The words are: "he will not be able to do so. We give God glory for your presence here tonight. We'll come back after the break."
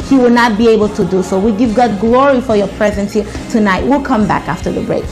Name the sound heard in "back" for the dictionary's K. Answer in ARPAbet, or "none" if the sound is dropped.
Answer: K